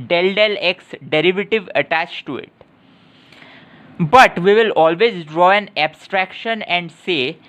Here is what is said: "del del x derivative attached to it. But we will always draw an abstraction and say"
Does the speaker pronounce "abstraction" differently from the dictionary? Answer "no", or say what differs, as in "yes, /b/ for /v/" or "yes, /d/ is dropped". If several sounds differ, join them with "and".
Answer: no